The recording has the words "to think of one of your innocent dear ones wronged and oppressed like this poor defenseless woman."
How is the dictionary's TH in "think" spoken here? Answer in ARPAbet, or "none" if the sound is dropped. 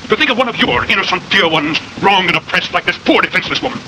TH